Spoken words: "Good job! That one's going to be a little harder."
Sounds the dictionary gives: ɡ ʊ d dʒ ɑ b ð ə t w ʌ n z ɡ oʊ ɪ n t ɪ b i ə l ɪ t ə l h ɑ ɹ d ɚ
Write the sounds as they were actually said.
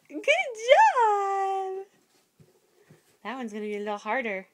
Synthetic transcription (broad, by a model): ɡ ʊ d dʒ ɑ b ð ə t w ʌ n z ɡ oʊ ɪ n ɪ b i ə l ɪ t l h ɑ ɹ d ɚ